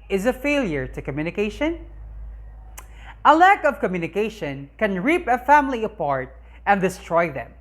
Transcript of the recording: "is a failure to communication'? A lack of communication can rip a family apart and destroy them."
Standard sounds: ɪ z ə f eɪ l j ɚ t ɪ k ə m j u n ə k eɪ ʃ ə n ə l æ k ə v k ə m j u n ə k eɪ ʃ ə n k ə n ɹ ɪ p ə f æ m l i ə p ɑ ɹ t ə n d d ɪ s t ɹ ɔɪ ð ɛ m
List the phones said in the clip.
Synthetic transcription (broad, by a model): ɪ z ə f eɪ l j ɚ t ɪ k ə m j u n ə k eɪ ʃ ə n ə l æ k ə v k ə m j u n ə k eɪ ʃ ə n k ə n ɹ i p ə f æ m l i ə p ɑ ɹ t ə n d d ɪ s t ɹ ɔɪ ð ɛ m